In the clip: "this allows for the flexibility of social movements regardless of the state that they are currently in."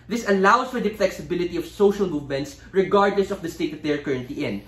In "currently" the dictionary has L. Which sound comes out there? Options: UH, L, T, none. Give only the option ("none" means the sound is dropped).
none